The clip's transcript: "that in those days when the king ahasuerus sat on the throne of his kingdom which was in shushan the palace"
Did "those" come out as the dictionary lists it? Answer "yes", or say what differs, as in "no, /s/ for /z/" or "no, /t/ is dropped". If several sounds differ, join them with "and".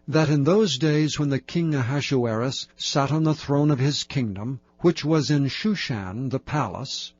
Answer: yes